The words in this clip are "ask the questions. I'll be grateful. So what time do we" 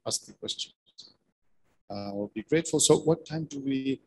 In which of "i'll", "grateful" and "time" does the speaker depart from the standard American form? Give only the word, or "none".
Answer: i'll